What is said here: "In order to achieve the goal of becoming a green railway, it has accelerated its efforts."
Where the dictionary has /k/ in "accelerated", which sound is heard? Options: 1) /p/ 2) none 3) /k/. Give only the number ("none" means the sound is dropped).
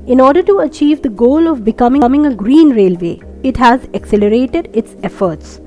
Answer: 3